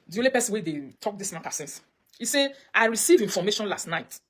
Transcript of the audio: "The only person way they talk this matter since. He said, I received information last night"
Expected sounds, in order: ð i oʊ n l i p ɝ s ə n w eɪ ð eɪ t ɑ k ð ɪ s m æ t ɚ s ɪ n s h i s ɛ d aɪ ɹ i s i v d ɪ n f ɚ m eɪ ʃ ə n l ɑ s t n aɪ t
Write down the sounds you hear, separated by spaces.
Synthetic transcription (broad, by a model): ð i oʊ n l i p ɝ s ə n w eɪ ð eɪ t ɑ k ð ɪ s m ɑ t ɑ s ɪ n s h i s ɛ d aɪ ɹ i s i v i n f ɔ m eɪ ʃ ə n l ɑ s t n aɪ t